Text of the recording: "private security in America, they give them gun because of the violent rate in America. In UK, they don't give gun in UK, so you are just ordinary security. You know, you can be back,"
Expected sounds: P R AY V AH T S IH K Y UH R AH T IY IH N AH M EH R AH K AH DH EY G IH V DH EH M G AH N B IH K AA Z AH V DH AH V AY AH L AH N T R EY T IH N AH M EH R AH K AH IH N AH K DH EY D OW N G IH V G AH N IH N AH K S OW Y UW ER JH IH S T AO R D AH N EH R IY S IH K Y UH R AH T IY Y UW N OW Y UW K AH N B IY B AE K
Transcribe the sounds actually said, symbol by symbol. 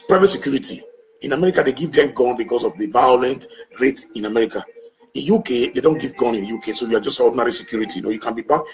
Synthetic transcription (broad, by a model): P R AY V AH T S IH K Y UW R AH T IY IH N AH M EH R AH K AH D EY G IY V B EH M G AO N B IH K AA S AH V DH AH V AY AH L AH N T R EY T IH N AH M EH R AH K AH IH N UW K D EY D OW N G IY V G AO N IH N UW K S OW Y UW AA JH IH S T AO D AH N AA R IY S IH K Y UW R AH T IY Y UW N OW Y UW K AH N B IY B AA